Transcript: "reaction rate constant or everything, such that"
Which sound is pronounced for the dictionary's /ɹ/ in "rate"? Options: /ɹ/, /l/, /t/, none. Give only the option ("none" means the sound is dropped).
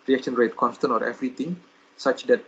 /ɹ/